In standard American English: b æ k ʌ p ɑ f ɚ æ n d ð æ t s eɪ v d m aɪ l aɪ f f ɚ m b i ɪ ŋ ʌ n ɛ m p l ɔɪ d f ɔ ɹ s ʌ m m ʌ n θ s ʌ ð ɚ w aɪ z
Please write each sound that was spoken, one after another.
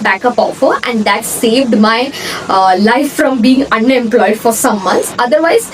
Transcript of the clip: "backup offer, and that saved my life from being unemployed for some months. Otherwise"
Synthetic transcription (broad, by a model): b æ k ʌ p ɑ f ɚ æ n d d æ t s eɪ v d m aɪ l aɪ f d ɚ m b i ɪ ŋ ʌ n ɛ m p l ɔɪ d f ɔ ɹ s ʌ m m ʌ n t s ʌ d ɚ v aɪ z